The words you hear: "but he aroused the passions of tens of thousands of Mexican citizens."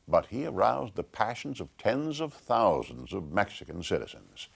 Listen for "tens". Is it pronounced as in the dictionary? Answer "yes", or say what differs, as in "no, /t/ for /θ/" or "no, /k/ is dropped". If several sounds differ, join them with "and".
yes